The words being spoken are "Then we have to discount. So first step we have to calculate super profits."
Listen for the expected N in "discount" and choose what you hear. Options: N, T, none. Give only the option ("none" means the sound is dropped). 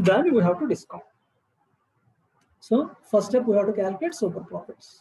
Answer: none